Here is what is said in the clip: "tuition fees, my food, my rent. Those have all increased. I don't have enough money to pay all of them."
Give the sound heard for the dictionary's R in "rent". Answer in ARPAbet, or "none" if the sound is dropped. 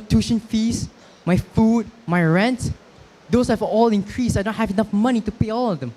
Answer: R